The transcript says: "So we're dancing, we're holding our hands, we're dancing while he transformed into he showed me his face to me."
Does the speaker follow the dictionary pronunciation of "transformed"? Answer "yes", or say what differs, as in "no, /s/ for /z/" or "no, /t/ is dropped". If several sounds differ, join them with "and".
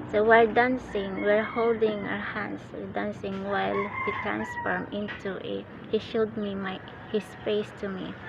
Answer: no, /d/ is dropped